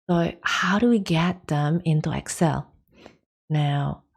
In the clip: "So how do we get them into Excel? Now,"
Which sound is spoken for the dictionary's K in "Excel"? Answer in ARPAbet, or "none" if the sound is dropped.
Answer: K